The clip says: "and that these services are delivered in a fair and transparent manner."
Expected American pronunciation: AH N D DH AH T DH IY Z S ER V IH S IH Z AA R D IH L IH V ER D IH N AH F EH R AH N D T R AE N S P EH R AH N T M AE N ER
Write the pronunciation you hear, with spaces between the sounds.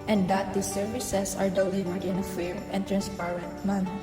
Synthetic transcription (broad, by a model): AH N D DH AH T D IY S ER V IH S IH S AA R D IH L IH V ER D IH N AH F EH R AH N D T R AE N S P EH R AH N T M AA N